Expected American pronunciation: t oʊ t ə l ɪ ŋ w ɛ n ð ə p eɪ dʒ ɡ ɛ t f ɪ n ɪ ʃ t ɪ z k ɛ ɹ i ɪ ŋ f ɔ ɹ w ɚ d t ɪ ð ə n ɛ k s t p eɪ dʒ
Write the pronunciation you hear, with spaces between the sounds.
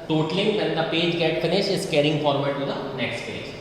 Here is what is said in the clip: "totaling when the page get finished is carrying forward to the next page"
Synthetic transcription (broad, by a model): t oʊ t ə l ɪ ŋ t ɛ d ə p eɪ dʒ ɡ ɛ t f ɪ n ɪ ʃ ɪ s k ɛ ɹ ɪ ŋ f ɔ ɹ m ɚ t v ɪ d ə n ɛ k s t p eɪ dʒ